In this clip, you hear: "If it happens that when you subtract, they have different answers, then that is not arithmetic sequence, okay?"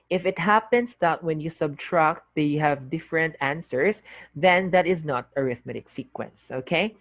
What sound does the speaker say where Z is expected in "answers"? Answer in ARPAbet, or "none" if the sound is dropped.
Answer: S